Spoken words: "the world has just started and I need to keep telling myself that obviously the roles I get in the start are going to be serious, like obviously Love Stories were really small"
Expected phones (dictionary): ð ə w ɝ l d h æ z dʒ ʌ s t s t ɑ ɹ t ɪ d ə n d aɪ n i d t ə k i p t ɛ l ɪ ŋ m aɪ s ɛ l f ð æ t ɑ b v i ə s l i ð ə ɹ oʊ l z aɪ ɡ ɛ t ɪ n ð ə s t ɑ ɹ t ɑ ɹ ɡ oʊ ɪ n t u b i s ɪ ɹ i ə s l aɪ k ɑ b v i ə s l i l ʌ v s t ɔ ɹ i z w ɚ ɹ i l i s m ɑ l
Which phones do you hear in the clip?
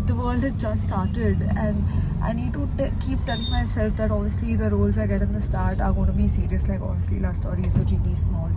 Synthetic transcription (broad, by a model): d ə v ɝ l d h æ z dʒ ʌ s t s t ɑ ɹ t ɪ d ə n d aɪ n i d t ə k i p t ɛ l ɪ ŋ m aɪ s ɛ l f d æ t ɑ b v i ə s l i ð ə ɹ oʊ l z aɪ ɡ ɛ t ɪ n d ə s t ɑ ɹ t ɑ ɹ ɡ oʊ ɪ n t u b i s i ɹ i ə s l aɪ k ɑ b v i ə s l i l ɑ s t ɔ ɹ i z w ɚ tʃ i i s m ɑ l